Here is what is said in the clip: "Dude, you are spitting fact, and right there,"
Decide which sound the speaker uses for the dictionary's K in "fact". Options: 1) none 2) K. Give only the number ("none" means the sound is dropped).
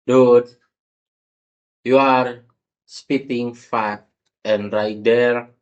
1